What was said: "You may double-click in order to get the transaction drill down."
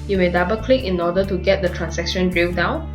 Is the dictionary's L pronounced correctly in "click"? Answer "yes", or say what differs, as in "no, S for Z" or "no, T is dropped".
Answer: yes